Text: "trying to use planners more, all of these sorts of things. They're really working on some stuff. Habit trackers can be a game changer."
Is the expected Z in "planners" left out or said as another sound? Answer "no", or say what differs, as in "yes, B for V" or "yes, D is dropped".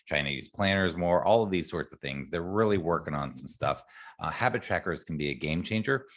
no